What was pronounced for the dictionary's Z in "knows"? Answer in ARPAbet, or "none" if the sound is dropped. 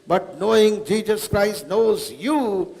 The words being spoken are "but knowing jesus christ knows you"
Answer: Z